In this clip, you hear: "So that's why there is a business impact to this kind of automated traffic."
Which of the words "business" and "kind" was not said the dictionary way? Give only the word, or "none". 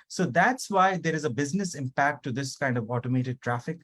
none